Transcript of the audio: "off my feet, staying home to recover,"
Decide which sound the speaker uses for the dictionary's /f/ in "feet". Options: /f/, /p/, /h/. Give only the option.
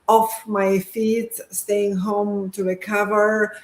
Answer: /f/